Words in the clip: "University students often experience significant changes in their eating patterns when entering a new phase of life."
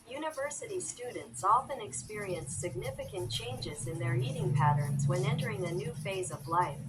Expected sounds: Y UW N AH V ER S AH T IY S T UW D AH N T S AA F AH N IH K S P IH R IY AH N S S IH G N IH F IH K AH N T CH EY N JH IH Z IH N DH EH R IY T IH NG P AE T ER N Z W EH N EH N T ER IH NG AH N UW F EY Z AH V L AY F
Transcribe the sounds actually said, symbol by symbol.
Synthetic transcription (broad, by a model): Y UW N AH V ER S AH T IY S T UW D N T S AA F AH N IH K S P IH R IY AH N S S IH G N IH F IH K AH N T CH EY N JH IH Z IH N DH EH R IY T IH NG P AE T ER N Z W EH N EH N T ER IH NG AH N UW F EY Z AH V L AY F